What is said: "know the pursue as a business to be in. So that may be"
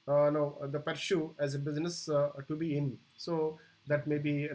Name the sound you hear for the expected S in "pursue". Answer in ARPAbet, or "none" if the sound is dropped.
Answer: SH